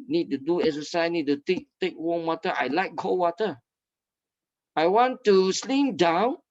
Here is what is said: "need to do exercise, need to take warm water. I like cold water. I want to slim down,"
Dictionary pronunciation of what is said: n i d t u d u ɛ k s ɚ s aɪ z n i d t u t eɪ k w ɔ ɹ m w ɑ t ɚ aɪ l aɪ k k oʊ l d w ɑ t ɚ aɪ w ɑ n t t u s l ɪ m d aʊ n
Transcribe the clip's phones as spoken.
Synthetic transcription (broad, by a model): n i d t u d u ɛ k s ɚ s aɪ n i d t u t eɪ k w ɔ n w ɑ t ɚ aɪ l aɪ k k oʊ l w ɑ t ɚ aɪ w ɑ n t t u s l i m d aʊ n